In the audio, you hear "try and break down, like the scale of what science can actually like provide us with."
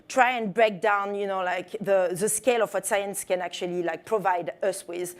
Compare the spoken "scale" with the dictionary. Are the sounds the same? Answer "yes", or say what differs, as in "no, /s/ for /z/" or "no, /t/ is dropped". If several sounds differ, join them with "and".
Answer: yes